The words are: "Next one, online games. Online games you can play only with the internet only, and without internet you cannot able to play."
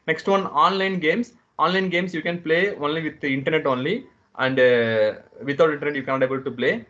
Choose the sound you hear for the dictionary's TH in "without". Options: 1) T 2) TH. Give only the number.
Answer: 1